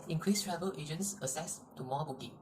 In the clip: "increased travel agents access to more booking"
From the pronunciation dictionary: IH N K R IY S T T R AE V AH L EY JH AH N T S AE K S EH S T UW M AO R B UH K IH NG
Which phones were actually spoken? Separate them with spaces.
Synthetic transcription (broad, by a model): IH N K R IY S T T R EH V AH L EY JH AH N T S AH S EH S T UW M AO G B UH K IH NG